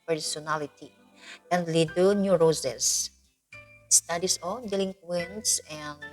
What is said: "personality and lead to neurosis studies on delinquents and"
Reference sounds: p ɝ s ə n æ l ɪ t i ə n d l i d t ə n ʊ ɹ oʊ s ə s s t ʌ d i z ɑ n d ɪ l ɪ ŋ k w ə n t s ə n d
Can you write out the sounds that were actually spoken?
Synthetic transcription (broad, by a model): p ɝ s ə n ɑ l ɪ t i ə n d l i d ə n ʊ ɹ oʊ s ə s s t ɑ d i s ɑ l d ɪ l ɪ ŋ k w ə n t s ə n